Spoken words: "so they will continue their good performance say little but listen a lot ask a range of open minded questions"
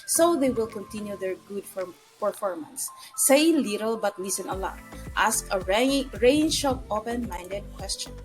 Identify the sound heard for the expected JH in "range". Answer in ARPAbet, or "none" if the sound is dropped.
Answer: SH